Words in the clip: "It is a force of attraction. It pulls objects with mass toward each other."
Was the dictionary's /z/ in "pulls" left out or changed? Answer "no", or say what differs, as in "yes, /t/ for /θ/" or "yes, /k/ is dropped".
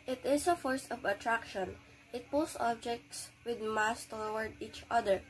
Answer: yes, /s/ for /z/